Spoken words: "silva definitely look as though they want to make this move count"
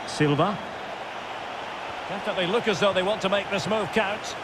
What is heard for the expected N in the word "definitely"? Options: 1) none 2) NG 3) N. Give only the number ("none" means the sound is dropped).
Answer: 1